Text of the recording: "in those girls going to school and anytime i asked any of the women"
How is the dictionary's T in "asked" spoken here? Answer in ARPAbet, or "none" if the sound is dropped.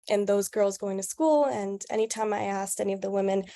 T